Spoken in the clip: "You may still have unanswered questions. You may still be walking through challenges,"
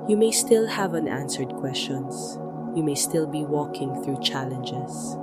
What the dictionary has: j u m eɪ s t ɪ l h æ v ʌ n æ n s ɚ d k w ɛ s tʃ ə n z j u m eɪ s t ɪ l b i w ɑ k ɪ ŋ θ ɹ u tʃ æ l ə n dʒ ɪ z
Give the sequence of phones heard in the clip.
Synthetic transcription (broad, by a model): j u m eɪ s t ɪ l h æ v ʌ n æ n s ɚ d k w ɛ s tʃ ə n s j u m eɪ s t ɪ l b i w ɑ k ɪ ŋ θ ɹ u tʃ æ l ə n dʒ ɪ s